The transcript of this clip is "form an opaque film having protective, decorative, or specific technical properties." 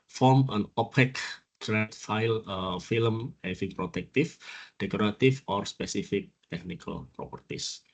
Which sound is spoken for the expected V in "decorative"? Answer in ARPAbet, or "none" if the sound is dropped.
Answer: F